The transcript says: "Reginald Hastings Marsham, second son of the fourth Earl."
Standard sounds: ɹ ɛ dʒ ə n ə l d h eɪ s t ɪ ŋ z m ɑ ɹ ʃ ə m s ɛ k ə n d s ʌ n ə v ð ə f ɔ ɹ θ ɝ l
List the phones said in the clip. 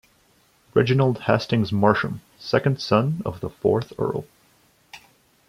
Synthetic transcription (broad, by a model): ɹ ɛ dʒ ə n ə l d h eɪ s t ɪ ŋ z m ɑ ɹ ʃ ə m s ɛ k ə n d s ʌ n ə v ð ə f ɔ ɹ θ ɝ l